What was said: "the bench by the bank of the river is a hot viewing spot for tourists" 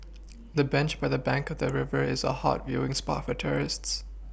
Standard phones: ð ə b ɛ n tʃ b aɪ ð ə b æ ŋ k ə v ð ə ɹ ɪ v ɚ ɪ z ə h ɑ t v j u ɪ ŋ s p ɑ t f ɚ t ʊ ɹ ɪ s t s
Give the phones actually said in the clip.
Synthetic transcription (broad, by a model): ð ə b ɛ n tʃ b aɪ ð ə b æ ŋ k ə v ð ə ɹ ɪ v ɚ ɪ z ə h ɑ t v j u ɪ ŋ s p ɑ t f ɚ t ʊ ɹ ɪ s t s